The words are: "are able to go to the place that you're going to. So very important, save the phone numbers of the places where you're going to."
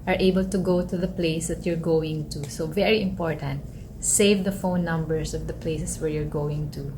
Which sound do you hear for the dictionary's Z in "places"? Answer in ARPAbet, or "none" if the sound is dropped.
S